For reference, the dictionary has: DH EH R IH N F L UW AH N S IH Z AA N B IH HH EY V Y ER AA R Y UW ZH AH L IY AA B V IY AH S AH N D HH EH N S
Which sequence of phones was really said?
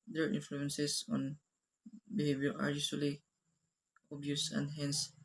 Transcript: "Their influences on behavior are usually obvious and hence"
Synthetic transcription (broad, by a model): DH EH R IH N F L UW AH N S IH S AA N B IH HH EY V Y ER AA R Y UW SH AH L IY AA B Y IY S AH N D HH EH N S